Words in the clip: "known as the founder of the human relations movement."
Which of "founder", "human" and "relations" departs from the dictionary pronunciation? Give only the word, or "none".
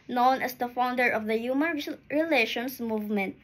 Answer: relations